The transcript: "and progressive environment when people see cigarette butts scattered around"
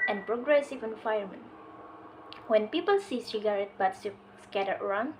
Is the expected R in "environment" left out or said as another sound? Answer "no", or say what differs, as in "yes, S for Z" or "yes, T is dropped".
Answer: yes, R is dropped